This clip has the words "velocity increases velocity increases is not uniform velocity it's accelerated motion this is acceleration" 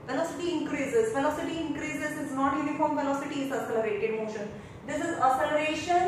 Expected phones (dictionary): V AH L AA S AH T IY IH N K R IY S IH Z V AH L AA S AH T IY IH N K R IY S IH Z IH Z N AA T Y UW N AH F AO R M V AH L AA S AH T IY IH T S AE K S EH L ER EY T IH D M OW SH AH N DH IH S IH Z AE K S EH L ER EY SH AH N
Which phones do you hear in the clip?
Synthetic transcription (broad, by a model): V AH L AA S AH T IY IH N K R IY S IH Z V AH L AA S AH T IY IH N K R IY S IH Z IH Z N AA T Y UW N AH F AO R M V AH L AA S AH T IY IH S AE S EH L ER EY T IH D M OW SH AH N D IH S IH Z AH S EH L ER EY SH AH N